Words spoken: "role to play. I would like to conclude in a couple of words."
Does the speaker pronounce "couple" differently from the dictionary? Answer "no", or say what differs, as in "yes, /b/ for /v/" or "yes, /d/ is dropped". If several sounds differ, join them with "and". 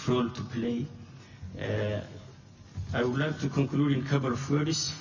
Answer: yes, /b/ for /p/